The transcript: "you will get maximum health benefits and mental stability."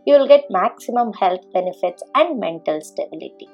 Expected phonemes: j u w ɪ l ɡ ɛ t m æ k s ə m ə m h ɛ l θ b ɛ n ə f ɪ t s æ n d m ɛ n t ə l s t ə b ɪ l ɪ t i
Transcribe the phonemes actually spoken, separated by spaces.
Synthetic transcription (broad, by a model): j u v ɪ l ɡ ɛ t m æ k s ə m ə m h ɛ l t b ɛ n ə f ɪ t s æ n d m ɛ n t ə l s t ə b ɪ l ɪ t i